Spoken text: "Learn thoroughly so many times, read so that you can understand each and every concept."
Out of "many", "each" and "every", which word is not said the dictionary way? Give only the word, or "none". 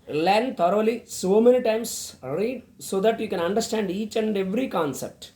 none